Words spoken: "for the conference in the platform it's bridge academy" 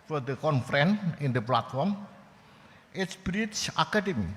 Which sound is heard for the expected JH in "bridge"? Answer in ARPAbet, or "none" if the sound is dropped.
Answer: CH